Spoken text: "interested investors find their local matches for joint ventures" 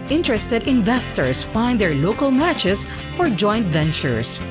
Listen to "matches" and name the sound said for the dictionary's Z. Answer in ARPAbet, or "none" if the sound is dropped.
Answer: S